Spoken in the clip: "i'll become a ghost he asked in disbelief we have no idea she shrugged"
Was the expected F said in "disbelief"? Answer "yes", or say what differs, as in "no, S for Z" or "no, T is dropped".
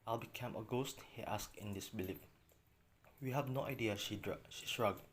no, P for F